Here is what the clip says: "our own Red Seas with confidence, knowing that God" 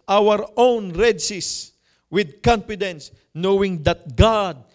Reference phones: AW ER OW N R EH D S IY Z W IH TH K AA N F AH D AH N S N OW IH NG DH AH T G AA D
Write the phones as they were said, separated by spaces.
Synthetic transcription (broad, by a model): AW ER OW N R EH D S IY S W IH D K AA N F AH D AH N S N OW IH NG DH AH T G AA D